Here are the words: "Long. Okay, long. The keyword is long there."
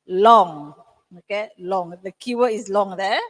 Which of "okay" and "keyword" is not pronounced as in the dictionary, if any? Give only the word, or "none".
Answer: keyword